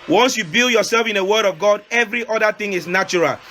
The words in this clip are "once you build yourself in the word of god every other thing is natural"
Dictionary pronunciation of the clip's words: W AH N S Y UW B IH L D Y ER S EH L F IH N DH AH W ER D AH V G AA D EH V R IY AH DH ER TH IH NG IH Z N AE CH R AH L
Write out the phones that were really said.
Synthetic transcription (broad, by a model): W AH N S Y UW B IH L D Y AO S EH L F IH N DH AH W ER D AH V G AA D EH V R IY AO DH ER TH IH NG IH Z N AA CH R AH L